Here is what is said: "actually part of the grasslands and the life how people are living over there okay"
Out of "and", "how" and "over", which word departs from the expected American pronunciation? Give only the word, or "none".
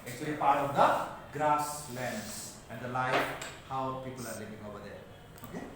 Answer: over